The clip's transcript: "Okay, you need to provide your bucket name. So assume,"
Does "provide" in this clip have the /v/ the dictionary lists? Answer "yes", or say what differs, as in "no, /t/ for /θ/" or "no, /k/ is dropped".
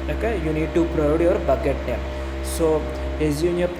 no, /v/ is dropped